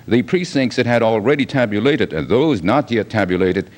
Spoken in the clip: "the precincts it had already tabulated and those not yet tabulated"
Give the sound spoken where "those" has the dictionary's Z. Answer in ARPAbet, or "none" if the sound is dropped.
Z